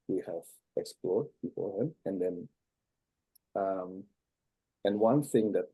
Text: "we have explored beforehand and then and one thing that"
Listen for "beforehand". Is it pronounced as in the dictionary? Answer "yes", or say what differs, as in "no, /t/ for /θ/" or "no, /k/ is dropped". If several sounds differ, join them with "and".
no, /d/ is dropped